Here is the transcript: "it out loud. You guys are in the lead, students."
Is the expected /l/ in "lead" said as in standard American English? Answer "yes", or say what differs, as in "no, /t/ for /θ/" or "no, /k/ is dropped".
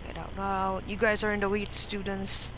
no, /w/ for /l/